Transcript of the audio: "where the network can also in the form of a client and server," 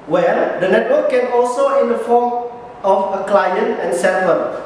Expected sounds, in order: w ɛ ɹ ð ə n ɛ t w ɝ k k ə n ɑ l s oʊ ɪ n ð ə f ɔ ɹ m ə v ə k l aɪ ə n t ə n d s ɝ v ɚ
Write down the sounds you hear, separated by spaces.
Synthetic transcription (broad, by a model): w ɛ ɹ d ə n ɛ t w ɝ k k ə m ɑ l s oʊ ɪ n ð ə f ɔ m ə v ə k l aɪ ə n t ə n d s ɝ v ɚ